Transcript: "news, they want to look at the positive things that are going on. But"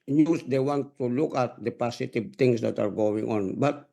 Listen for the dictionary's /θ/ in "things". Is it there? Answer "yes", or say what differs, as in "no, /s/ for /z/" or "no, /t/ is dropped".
no, /t/ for /θ/